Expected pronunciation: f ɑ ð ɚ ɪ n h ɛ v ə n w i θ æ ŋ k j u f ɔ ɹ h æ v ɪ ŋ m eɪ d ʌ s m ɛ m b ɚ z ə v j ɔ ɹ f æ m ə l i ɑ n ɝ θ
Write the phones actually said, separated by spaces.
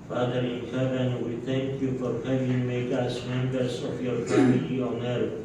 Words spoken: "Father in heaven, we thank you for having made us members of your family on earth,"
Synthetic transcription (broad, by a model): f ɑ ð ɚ ɪ n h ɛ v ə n w i t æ ŋ k j u f ɔ ɹ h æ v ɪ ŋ m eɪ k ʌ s m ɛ m b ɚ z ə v j ɔ ɹ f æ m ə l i ɑ n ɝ